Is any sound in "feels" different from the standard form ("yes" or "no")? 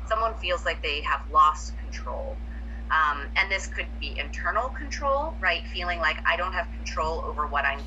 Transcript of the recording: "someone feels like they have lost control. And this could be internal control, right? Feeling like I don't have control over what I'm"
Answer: no